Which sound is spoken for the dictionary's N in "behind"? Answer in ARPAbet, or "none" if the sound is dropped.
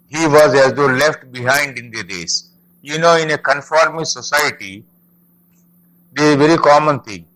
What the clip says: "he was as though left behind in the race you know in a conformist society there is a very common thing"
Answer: N